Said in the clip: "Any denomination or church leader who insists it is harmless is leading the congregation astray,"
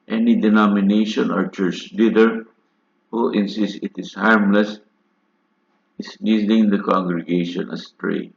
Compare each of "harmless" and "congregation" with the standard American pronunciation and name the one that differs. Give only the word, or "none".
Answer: none